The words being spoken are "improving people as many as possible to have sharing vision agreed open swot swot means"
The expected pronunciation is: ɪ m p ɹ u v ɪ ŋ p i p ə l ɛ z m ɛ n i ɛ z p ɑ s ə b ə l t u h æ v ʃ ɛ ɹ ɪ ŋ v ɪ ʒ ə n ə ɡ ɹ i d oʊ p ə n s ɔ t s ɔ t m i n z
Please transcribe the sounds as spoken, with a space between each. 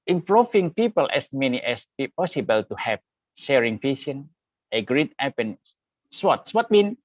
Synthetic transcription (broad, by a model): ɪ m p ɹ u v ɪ ŋ p i p ə l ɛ s m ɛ n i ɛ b p ɑ s ə b ə l t u h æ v ʃ ɛ ɹ ɪ ŋ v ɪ s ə n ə ɡ ɹ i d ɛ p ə n s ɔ t s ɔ t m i n